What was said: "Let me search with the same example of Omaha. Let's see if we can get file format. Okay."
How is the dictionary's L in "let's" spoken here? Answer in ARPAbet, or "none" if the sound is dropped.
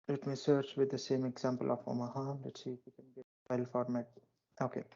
N